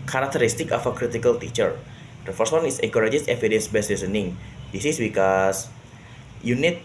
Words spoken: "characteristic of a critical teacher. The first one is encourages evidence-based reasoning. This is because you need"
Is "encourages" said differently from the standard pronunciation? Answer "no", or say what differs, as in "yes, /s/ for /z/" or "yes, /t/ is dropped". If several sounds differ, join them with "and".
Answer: yes, /n/ is dropped